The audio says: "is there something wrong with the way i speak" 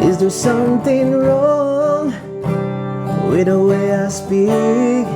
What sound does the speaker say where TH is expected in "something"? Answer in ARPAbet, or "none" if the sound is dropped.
TH